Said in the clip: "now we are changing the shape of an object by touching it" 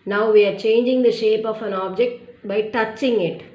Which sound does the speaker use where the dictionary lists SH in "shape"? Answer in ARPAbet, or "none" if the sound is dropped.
SH